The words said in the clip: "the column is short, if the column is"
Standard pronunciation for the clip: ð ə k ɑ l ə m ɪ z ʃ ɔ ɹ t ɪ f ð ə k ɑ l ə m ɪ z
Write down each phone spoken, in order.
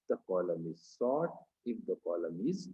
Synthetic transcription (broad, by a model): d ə k ɑ l ə m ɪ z s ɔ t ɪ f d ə k ɑ l ə m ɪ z